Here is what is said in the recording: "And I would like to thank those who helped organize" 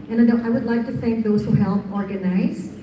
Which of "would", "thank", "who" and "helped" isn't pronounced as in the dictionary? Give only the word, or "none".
helped